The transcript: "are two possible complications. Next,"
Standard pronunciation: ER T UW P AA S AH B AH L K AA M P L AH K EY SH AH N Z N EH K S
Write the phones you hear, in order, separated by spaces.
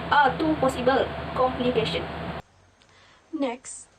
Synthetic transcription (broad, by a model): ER T UW P AA S AH B AH L K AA M P L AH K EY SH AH N N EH K S